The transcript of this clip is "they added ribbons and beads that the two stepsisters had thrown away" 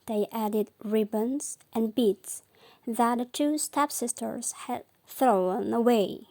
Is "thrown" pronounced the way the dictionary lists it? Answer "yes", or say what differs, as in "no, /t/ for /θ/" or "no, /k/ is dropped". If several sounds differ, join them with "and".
yes